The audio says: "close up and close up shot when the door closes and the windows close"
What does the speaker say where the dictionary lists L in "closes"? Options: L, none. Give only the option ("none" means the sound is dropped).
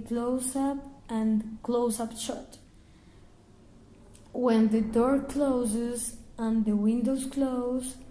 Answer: L